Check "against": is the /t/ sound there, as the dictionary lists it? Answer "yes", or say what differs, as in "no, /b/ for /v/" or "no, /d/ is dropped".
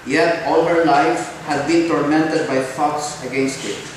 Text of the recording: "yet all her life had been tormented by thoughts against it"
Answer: yes